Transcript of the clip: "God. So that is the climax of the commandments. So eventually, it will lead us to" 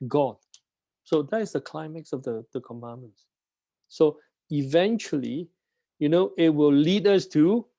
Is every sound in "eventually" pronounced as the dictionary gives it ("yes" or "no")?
no